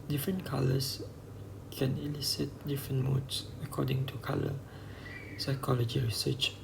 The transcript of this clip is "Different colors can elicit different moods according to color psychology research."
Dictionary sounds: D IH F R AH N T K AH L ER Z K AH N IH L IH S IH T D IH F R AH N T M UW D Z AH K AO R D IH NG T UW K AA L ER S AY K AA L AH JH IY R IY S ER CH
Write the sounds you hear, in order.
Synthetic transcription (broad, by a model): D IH F R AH N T K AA L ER S K AH N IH L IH S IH T D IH F R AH N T M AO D S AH K AO D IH NG T UW K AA L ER S AY K AA L AH JH IY R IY S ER CH